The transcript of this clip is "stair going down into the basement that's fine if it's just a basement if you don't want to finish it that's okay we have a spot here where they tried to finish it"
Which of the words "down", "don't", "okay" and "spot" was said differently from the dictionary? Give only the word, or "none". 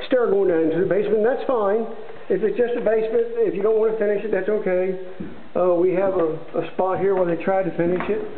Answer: down